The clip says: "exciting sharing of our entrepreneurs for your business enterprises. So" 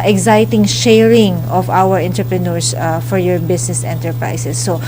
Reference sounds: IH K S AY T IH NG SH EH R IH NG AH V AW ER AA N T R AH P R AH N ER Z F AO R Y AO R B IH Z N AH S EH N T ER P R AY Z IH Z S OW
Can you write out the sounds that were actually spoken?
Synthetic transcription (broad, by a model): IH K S AY T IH NG SH EH R IH NG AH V AW ER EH N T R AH P R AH N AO S F AO R Y AO R B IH S N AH S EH N T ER P R AY S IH S OW